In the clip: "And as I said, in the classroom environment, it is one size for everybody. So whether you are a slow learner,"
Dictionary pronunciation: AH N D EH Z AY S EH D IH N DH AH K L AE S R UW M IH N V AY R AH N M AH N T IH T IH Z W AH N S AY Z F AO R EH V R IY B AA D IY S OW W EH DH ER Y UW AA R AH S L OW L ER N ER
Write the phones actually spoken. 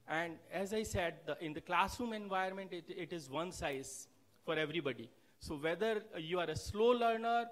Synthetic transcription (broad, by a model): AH N D EH Z AY S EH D IH N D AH K L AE S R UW M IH N V AY AH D M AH N T IH T IH Z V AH N S AY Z F AO R EH V R IY B AA D IY S OW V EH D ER Y UW AA R AH S L OW L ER N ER